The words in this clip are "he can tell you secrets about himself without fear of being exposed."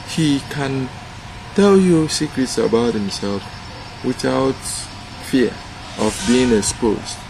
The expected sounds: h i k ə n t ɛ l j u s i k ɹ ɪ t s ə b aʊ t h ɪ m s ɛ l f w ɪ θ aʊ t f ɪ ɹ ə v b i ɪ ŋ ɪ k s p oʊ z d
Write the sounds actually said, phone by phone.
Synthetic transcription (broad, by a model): h i k ə n t ɛ l j u s i k ɹ ɪ t s ə b aʊ t h ɪ m s ɛ l f w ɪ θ aʊ t f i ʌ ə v b i ɪ ŋ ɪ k s p oʊ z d